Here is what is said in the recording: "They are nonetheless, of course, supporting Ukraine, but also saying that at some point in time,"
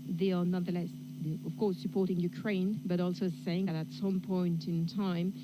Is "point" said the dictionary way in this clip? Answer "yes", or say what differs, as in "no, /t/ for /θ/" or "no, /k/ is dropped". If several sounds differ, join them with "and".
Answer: yes